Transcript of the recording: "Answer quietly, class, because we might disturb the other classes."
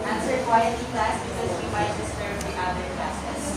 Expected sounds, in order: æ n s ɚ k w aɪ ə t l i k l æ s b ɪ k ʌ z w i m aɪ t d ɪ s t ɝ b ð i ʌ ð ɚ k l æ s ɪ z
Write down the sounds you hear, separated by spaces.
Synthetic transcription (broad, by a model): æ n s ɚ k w aɪ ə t i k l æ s b ɪ k ʌ z w i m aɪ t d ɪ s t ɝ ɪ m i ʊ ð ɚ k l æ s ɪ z